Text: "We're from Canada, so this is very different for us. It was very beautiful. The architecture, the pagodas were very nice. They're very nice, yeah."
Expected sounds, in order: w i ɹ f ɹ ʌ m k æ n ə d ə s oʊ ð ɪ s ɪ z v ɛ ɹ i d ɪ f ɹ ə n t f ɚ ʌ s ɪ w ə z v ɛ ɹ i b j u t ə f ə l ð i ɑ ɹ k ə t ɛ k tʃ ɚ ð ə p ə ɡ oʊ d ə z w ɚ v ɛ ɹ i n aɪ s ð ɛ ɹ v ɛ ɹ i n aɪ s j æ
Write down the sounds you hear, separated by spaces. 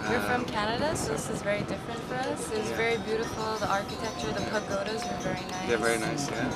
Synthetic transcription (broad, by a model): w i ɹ f ɹ ʌ m k æ n ə d ə s oʊ ð ɪ s ɪ z v ɛ ɹ i d ɪ f ɹ ə n t f ɚ ʌ s ɪ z v ɛ ɹ i b j u t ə f l ð i ɑ ɹ k ə t ɛ k tʃ ɚ ð ə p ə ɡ oʊ d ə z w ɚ v ɛ ɹ i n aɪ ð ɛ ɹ v ɛ ɹ i n aɪ s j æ